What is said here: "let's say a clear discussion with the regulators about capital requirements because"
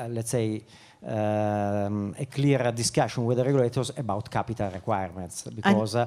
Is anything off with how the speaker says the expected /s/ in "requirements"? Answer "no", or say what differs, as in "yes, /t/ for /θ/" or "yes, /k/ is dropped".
no